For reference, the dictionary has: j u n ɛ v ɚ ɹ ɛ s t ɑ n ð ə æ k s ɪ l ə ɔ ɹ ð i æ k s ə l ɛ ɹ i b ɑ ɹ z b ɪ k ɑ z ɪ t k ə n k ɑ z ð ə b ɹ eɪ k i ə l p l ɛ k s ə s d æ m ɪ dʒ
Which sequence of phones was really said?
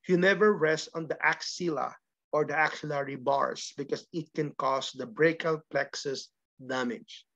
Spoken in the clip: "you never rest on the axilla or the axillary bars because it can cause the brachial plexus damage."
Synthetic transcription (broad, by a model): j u n ɛ v ɚ ɹ ɛ s t ɑ n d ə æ k s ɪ l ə ɔ ɹ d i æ k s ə l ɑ ɹ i b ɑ ɹ s b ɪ k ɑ s ɪ t k ə n k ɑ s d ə b ɹ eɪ k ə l p l ɛ k s ə s d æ m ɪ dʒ